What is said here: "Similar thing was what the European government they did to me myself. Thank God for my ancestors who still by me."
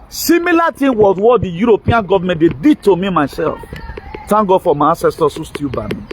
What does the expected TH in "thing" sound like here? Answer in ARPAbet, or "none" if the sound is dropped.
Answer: T